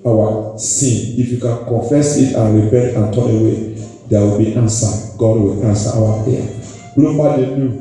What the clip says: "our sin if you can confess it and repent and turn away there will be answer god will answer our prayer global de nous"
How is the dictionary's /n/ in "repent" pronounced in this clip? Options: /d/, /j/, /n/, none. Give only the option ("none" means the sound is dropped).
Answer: none